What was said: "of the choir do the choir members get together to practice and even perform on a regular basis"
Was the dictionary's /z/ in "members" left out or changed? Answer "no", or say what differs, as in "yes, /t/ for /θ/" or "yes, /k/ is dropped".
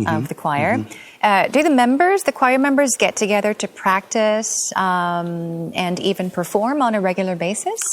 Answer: no